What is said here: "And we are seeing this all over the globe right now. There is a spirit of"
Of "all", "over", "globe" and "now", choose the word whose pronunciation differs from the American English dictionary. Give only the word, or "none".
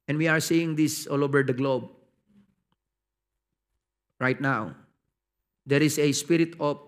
none